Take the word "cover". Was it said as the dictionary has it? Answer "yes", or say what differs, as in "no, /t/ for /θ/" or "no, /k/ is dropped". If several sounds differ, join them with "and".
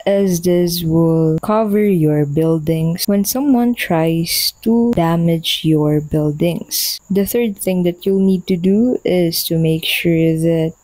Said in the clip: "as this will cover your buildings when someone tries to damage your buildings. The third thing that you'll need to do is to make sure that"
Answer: yes